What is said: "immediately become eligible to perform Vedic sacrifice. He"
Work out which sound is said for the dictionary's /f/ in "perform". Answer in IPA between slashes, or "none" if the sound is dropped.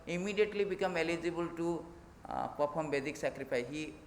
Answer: /p/